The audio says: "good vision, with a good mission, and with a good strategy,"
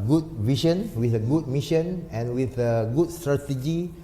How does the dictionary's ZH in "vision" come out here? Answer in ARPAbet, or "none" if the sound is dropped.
SH